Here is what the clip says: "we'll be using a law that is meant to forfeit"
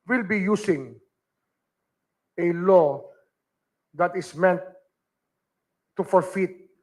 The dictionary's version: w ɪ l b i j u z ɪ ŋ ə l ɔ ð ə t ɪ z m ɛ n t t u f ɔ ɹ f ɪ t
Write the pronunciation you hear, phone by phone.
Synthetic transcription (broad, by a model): w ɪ l b i j u s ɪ ŋ ə l ɔ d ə t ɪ s m ɛ n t t u f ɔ ɹ f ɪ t